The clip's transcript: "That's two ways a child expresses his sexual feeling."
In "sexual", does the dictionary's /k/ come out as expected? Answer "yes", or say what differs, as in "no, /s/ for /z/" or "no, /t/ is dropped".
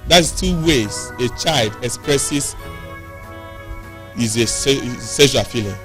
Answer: no, /k/ is dropped